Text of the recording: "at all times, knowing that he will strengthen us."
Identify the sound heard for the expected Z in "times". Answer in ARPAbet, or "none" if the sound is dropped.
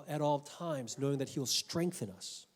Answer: Z